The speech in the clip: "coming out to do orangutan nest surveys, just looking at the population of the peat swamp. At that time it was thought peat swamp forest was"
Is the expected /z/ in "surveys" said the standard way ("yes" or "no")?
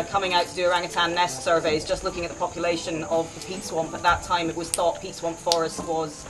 yes